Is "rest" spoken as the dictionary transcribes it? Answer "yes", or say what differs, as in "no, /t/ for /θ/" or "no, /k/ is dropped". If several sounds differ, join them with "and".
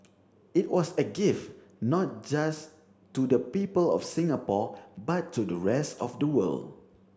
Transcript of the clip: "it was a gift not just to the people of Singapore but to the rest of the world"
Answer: yes